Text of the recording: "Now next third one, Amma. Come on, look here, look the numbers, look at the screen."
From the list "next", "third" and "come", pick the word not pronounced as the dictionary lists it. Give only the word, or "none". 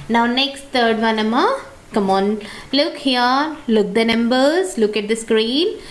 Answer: third